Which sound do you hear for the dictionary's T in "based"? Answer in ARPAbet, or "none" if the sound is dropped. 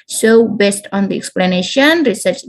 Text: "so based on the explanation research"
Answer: T